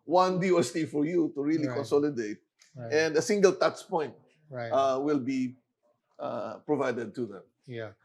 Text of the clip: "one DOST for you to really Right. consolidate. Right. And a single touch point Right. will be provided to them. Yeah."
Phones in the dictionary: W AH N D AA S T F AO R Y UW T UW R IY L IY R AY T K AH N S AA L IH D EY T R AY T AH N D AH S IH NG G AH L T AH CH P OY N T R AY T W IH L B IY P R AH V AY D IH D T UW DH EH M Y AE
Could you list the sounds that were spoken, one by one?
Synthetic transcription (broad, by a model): W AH N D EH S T F AO R Y UW T UW R IY L IY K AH N S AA L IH D EY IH T AH N D AH S IH NG G AH L T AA S P OY N T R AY W IH L B IY P R AH V AY D IH D T UW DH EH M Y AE